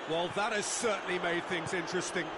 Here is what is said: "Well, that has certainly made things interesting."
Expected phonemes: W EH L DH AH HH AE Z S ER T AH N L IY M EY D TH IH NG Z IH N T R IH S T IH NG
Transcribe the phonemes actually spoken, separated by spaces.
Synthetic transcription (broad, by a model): W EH L DH AH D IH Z S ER T N L IY M EY D TH IH NG Z IH N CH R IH S T IH NG